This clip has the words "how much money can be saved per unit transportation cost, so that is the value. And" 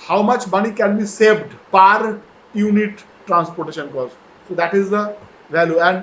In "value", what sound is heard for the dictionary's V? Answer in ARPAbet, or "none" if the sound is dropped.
V